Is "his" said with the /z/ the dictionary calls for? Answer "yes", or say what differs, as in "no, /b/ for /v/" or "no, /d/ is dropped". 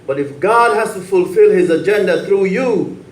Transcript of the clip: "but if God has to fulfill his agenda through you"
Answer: yes